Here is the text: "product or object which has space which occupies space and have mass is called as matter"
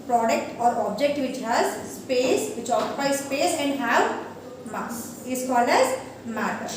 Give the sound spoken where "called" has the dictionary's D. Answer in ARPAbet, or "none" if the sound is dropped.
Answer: none